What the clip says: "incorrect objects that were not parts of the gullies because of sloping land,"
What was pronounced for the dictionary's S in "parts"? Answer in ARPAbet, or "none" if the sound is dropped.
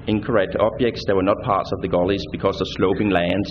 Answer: S